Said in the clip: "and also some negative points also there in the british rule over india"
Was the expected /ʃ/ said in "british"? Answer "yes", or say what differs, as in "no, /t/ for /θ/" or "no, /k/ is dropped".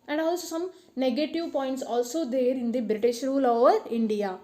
yes